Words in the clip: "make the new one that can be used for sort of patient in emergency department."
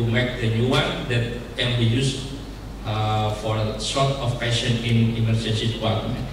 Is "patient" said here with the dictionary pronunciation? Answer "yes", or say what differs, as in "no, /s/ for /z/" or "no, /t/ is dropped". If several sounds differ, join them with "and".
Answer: no, /t/ is dropped